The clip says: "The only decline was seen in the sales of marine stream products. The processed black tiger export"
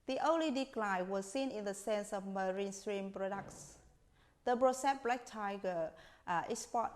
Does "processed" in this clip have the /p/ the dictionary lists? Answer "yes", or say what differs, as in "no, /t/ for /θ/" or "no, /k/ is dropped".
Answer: no, /b/ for /p/